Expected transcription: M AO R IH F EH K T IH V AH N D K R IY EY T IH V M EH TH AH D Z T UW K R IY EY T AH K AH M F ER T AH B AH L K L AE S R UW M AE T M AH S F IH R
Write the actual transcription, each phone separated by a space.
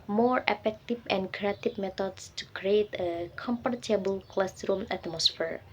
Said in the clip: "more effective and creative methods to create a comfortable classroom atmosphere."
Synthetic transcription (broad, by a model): M AO R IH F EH K T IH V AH N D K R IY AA T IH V M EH T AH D S T UW K R IY EY T AH K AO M P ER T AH B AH L K L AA S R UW M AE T M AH S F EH R